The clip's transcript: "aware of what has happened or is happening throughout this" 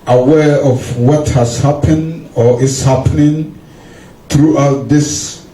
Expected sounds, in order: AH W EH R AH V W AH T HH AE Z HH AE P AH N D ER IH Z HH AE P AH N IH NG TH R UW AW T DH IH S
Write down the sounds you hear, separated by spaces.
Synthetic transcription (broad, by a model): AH W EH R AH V W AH T HH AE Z HH AE P AH N D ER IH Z HH AE P AH N IH NG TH R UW AW T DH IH S